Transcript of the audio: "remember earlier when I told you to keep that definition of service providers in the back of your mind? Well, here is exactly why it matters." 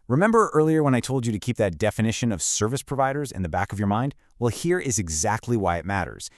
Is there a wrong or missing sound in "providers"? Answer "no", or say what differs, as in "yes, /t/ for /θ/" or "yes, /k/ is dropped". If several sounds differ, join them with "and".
no